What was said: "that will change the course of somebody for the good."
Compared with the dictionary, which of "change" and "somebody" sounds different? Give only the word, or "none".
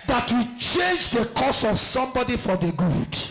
none